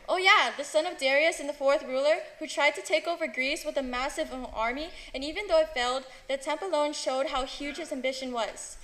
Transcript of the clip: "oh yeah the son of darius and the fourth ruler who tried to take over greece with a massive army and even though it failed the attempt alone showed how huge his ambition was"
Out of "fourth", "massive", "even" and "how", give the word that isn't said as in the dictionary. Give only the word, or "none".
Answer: none